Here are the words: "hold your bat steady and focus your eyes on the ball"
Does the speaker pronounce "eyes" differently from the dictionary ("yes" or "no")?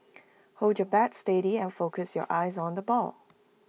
no